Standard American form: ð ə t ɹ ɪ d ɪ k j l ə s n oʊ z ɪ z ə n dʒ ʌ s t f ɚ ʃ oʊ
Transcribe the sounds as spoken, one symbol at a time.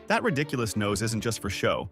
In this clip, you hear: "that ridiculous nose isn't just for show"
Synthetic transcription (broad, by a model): ð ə t ɹ ɪ d ɪ k j l ə s n oʊ z ɪ z n dʒ ʌ s t f ɚ ʃ oʊ